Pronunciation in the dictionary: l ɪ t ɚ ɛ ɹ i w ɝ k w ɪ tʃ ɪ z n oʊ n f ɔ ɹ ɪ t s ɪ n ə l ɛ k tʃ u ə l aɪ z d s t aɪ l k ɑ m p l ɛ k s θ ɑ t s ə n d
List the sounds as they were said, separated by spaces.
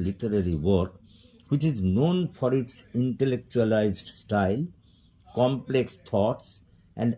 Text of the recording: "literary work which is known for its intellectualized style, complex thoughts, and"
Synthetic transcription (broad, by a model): l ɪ t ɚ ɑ ɹ i w ɝ k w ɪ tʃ ɪ z n oʊ n f ɔ ɹ ɪ t s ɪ n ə l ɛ k tʃ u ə l aɪ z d s t aɪ l k ɑ m p l ɛ k s t ɑ t s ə n d